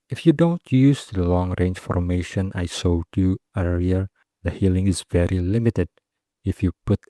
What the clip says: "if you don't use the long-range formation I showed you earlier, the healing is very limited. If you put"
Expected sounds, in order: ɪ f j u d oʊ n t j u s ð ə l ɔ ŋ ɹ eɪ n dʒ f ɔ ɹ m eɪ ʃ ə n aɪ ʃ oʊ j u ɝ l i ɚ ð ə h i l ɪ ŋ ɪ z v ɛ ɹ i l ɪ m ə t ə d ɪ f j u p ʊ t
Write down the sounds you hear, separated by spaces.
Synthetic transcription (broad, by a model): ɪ f j u d oʊ n t j u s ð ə l ɔ ŋ ɹ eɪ n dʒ f ɔ ɹ m eɪ ʃ ə n aɪ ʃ oʊ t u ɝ i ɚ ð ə h i l ɪ ŋ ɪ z v ɛ ɹ i l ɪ m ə t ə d ɪ f j u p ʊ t